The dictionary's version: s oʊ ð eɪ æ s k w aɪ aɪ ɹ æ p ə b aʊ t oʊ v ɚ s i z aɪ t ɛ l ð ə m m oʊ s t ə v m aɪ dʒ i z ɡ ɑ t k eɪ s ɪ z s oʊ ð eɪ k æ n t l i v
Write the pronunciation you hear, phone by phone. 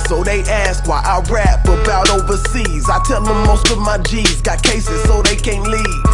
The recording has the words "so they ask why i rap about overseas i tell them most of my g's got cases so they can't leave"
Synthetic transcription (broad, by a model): s oʊ ð eɪ æ s k w aɪ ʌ ɹ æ f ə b aʊ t oʊ v ɚ s i z aɪ t ɛ l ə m m oʊ s t ə v m aɪ dʒ i z ɡ ɑ t k eɪ s ɪ z s oʊ ð eɪ k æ n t l i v